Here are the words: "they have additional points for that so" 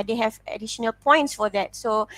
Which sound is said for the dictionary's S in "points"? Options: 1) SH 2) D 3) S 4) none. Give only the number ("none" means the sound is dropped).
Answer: 3